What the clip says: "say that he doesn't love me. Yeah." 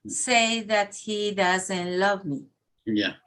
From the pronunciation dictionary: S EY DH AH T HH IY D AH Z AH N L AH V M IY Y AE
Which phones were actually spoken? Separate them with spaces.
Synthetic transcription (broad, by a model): S EY DH AH T HH IY D AH Z AH N L AH V M IY Y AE